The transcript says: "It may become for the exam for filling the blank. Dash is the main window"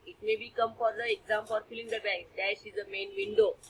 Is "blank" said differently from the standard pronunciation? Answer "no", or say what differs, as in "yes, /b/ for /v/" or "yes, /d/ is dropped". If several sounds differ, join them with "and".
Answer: yes, /l/ is dropped